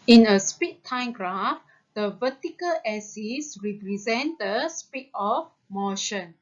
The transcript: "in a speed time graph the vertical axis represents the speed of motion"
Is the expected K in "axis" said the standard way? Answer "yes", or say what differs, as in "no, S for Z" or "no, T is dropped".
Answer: no, K is dropped